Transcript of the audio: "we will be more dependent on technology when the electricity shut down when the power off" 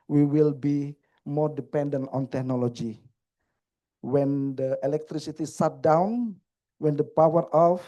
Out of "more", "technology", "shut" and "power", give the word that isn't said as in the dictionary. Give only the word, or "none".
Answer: shut